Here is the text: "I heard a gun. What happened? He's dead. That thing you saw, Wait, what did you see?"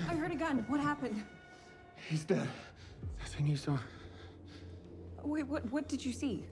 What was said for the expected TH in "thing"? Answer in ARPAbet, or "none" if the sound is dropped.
S